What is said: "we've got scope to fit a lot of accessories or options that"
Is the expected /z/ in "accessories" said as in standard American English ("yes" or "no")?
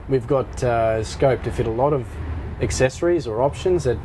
yes